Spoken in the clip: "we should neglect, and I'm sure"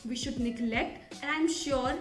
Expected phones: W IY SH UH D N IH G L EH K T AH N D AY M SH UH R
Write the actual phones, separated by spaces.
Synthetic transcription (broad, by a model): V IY SH UH D N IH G L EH K T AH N AY M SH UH R